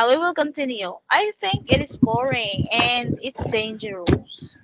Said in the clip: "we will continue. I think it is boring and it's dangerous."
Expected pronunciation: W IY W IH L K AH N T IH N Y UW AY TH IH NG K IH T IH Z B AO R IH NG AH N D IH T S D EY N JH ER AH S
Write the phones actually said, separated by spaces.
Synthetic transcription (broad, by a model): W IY W IH L K AH N T IH N Y UW AY TH IH NG K IH T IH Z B AO R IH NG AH N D IH T S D EY N JH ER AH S